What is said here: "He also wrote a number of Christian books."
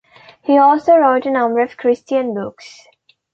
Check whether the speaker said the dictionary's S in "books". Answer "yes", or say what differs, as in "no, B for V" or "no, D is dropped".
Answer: yes